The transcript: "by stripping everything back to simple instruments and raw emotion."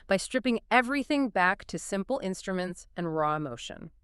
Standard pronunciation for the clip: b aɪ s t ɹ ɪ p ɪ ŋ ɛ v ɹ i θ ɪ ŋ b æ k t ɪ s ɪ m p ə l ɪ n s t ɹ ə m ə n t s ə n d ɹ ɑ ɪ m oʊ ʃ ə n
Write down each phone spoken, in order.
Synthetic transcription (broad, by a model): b aɪ s t ɹ ɪ p ɪ ŋ ɛ v ɹ i θ ɪ ŋ b æ k t ɪ s ɪ m p l ɪ n s t ɹ ə m ə n t s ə n ɹ ɑ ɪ m oʊ ʃ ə n